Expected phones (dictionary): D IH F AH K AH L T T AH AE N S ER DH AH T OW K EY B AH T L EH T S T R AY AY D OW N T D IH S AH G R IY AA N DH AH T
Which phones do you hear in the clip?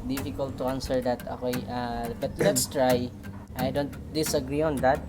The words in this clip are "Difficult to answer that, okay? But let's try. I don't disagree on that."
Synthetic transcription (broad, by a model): D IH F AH K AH L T T AH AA N S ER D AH T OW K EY B AH T L EH T S T R AY AY D OW N T D IH S AH G R IY AA N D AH T